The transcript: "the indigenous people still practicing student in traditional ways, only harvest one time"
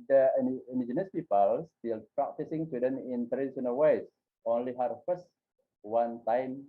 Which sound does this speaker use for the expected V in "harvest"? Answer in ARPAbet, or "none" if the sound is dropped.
F